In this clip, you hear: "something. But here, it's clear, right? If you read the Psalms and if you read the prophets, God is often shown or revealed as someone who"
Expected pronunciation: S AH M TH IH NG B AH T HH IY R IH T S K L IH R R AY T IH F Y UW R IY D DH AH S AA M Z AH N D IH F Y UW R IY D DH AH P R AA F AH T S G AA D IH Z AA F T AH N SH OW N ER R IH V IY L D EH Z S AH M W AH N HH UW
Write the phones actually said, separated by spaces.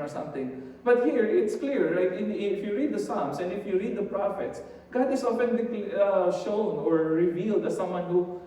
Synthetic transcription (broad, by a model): S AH M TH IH NG B AH T HH IY R IH T S K L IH R L AY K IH F Y UW R IY D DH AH S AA M S AH N D IH F Y UW R IY D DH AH P R AA F AH T S G AA D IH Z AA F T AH L SH OW N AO R IH V IY L D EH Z S AH M W AH N HH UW